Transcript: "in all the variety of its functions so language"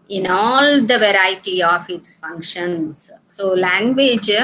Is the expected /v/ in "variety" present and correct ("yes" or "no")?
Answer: yes